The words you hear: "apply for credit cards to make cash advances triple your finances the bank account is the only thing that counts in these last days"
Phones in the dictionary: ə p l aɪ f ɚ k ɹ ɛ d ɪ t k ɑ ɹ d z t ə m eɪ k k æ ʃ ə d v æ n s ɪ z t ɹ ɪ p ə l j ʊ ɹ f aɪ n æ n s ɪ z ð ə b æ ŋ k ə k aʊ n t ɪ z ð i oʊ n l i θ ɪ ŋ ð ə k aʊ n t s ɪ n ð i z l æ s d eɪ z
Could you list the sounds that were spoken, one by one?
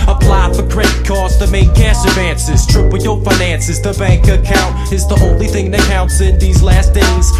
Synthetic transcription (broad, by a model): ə p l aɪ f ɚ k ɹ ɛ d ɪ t k ɑ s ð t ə m eɪ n k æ s ə d v æ n s ɪ z t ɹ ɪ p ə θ j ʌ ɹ f aɪ n æ n s ɪ z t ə b æ ŋ k ə k aʊ n t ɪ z ð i oʊ n l i θ ɪ ŋ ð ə k aʊ n t s ɪ n ð i z l æ s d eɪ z